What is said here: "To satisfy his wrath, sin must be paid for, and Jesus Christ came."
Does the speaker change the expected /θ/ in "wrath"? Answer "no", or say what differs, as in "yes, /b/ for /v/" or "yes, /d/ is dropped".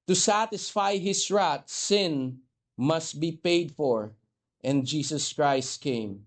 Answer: yes, /t/ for /θ/